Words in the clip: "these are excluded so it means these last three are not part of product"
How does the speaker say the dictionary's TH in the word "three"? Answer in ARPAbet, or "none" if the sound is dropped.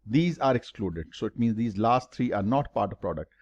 T